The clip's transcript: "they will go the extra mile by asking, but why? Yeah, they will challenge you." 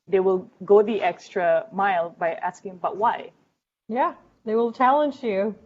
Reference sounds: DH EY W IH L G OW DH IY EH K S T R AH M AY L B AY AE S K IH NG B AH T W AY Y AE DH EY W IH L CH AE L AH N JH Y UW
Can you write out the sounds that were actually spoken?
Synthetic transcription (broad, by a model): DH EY W IH L G OW DH IY EH K S T R AH M AY L B AY AE S K IH NG B AH T W AY Y AE DH EY W IH L CH AE L AH N JH Y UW